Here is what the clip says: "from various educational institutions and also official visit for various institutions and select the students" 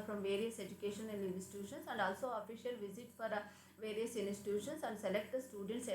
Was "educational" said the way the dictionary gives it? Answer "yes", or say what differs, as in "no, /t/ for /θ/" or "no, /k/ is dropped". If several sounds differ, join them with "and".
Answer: no, /n/ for /l/